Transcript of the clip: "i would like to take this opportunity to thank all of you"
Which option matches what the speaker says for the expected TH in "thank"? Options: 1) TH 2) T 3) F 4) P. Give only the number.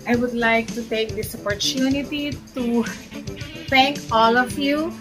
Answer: 2